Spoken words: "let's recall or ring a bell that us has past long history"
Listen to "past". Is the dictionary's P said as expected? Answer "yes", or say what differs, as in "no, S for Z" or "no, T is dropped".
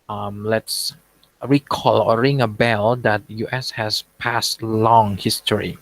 yes